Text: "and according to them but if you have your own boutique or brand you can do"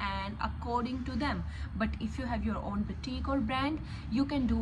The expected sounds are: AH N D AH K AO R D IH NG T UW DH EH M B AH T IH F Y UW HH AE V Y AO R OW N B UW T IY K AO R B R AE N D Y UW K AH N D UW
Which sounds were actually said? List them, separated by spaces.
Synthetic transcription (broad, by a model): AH N D AH K AO R D IH NG T UW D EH M B AH T IH F Y UW HH AE V Y AO R OW N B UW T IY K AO L B R AE N D Y UW K AH N D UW